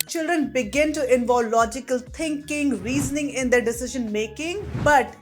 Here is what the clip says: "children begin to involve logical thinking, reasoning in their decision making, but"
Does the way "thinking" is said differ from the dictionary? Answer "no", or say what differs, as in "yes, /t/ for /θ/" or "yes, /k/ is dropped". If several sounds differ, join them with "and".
yes, /t/ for /θ/